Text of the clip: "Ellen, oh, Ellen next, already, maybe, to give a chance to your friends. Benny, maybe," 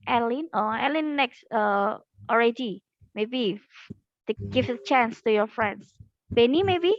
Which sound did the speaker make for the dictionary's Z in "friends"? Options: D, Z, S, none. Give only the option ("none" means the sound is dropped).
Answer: S